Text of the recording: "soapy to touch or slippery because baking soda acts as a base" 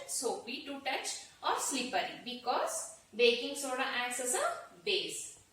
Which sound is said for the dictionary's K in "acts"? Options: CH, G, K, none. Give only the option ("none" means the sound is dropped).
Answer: none